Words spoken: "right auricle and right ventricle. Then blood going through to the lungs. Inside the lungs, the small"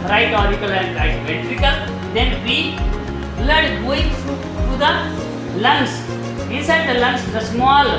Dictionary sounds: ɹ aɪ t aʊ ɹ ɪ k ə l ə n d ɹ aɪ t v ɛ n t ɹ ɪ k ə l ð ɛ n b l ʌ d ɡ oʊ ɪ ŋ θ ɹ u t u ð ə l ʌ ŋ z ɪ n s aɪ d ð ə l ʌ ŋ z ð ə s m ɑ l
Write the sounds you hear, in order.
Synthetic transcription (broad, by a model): ɹ aɪ t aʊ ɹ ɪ k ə l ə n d ɹ aɪ t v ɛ t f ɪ k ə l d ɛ n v l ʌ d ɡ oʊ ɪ ŋ f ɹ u t u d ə l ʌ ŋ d ɪ n s aɪ d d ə l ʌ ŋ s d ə s m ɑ l